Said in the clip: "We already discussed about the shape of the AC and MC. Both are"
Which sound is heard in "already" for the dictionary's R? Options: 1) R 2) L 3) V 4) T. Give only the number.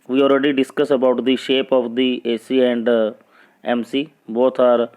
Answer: 1